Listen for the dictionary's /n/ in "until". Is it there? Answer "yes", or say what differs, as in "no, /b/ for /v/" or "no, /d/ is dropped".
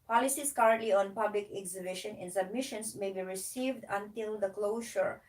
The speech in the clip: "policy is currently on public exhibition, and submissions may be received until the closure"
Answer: yes